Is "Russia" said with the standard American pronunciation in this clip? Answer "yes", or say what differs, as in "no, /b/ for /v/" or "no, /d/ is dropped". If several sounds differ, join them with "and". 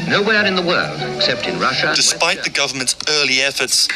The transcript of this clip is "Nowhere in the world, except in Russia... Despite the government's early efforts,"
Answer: yes